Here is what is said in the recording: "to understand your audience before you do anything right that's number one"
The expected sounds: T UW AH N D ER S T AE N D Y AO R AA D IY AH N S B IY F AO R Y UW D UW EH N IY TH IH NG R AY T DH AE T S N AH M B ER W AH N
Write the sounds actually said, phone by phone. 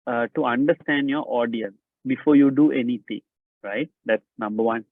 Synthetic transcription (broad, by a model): T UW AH N D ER S T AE N D Y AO R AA D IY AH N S B IY F AO R Y UW D UW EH N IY T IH NG R AY T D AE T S N AH M B ER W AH N